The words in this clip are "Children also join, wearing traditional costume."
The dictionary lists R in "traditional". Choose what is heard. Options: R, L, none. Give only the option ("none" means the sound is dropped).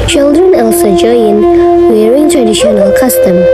R